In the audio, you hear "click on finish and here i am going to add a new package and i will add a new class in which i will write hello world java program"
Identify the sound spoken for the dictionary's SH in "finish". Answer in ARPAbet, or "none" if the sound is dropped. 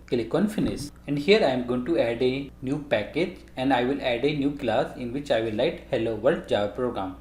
S